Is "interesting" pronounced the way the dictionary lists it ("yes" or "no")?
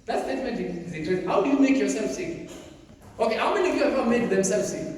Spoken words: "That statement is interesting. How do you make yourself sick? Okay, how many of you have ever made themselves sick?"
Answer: no